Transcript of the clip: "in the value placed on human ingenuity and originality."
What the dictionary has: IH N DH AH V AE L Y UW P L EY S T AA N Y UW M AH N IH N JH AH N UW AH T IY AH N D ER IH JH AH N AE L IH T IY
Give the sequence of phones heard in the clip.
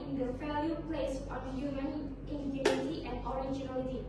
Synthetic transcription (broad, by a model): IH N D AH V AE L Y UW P L EY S AA N Y UW M AH N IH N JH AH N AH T IY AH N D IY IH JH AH N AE L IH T IY